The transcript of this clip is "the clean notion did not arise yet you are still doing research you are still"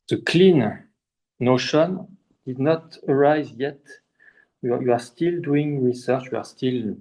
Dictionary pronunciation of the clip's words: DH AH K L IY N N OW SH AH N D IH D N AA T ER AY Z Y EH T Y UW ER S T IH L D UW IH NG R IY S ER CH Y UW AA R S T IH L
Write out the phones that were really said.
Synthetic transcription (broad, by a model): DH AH K L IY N N OW SH AH N D IH D N AA T ER AY Z Y EH T Y UW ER S T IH L D UW IH NG R IY S ER CH Y UW AA R S T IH L